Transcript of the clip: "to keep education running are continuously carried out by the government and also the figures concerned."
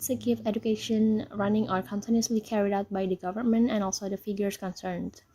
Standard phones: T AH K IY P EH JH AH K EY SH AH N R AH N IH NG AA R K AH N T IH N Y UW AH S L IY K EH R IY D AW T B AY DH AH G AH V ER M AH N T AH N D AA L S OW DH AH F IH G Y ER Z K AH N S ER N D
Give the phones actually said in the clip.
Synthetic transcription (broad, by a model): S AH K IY F EH JH AH K EY SH AH N R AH N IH NG AA R K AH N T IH N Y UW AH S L IY K EH R IY D AW T B AY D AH G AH V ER M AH N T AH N AA L S OW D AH F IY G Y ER S K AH N S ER N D